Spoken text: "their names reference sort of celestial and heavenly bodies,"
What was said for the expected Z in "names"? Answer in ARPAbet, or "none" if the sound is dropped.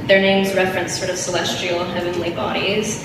Z